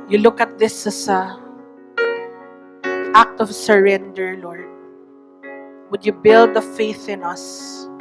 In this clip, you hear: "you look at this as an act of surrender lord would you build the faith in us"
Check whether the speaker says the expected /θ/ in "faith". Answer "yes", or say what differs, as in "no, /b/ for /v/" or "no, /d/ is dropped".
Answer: yes